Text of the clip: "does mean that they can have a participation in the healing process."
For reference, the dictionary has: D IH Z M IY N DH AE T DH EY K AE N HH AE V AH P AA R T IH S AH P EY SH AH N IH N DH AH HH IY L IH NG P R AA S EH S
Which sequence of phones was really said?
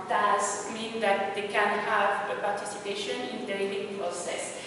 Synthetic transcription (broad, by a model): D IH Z M IY N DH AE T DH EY K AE N HH AE V AH P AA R T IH S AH P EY SH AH N IH N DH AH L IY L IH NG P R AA S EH S